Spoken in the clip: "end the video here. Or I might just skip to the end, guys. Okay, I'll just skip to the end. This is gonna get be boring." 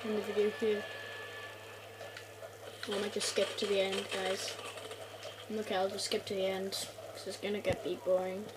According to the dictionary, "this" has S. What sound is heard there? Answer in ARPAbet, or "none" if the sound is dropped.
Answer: none